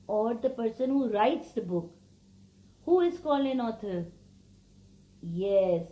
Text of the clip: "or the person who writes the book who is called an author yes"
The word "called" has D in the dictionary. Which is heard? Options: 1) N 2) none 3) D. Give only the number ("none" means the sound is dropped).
2